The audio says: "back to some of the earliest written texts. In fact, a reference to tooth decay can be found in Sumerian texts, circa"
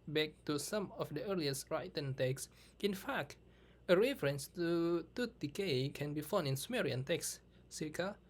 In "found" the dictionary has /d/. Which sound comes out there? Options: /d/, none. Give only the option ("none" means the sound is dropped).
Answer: none